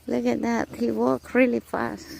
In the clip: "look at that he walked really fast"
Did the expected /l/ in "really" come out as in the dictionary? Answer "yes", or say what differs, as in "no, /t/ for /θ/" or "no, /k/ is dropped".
yes